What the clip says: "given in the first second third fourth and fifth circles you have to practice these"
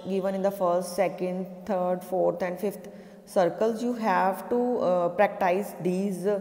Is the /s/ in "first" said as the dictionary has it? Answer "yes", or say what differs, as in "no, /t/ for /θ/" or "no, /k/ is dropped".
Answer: yes